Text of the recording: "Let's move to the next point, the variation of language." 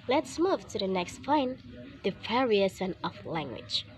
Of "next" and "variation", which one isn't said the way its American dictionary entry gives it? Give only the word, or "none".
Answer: variation